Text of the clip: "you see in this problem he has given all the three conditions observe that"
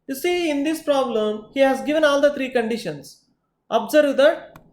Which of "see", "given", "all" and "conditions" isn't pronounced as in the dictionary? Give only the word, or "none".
conditions